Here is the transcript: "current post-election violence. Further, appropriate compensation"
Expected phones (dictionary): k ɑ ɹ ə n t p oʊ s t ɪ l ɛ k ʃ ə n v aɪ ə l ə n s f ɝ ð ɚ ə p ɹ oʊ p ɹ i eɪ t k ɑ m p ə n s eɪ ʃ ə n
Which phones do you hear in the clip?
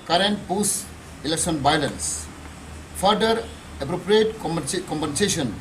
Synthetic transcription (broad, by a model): k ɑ ɹ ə n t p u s ɪ l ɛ k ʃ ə n b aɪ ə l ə n s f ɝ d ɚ ə p ɹ oʊ p ɹ i eɪ t k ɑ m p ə n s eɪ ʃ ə n